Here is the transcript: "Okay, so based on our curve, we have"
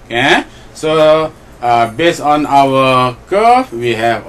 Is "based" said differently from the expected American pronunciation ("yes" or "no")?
yes